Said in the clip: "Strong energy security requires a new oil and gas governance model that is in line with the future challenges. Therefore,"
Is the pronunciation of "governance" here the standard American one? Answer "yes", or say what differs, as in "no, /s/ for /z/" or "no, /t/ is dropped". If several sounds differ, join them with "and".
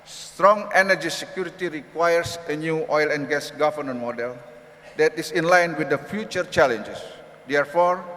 no, /s/ is dropped